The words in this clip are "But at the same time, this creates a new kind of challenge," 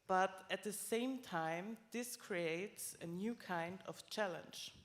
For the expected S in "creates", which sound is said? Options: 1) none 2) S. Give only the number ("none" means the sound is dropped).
2